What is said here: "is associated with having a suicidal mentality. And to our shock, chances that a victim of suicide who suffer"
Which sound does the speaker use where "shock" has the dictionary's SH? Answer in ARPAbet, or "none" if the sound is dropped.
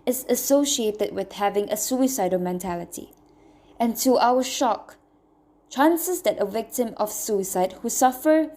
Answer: SH